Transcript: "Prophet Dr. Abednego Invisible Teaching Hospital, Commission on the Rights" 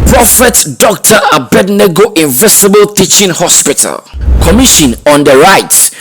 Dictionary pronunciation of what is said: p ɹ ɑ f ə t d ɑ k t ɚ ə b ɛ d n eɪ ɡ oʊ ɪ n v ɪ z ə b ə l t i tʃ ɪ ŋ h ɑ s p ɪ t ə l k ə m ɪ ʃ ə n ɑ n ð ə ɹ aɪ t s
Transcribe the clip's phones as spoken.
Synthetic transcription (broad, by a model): p ɹ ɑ f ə t d ɑ k t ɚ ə b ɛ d n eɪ ɡ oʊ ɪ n v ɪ s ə b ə l t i tʃ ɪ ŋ h ɑ s p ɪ t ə l k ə m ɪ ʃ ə n ɑ n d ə ɹ aɪ t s